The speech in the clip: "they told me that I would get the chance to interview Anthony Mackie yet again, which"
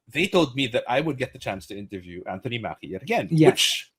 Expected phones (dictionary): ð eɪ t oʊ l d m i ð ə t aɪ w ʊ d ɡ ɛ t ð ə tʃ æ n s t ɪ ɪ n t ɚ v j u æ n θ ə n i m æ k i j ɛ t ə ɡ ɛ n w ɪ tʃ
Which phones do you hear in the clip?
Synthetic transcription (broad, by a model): ð eɪ t oʊ l d m i ð ə t aɪ w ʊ d ɡ ɛ t ð ə tʃ æ n s t ɪ ɪ n t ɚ v j u æ n θ ə n i m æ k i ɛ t ə ɡ ɛ n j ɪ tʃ